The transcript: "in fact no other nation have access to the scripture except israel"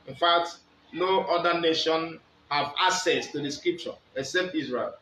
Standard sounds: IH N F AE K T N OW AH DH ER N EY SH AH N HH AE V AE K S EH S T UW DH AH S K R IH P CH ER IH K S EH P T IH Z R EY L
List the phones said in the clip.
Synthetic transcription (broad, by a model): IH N F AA K T N OW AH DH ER N EY SH AH N HH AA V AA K S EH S T UW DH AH S K R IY P CH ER IH K S EH P T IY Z R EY L